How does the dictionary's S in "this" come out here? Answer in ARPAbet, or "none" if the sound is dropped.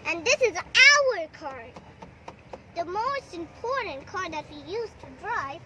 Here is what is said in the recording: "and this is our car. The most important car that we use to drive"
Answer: S